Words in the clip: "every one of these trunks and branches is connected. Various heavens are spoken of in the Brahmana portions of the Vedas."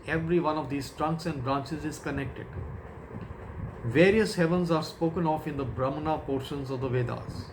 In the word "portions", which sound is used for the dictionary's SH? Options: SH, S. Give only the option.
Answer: SH